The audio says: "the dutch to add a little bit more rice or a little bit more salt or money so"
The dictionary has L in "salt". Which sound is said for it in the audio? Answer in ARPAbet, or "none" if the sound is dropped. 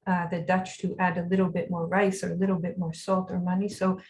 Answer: L